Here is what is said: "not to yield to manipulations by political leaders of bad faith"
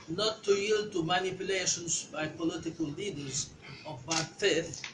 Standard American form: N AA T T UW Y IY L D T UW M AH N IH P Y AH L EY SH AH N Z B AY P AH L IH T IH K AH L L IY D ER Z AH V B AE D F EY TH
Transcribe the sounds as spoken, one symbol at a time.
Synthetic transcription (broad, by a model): N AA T T UW Y IY L D T UW M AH N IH P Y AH L EY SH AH N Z B AY P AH L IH T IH K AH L L IY D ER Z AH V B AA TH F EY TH